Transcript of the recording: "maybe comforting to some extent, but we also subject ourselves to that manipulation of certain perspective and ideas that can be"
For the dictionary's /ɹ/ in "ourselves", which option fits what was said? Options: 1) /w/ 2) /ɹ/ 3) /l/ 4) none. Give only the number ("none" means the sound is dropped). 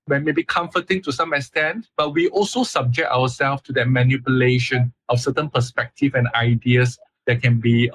1